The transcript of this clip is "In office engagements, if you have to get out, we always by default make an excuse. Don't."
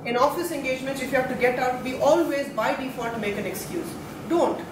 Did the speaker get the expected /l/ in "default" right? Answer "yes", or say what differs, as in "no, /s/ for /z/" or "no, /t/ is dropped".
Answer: no, /l/ is dropped